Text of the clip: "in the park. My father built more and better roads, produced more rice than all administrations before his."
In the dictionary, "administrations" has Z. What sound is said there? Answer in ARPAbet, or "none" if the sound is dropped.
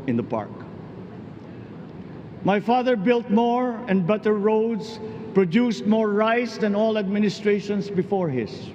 S